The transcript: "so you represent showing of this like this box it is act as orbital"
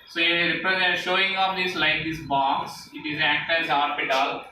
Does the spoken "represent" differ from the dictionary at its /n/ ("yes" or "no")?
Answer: yes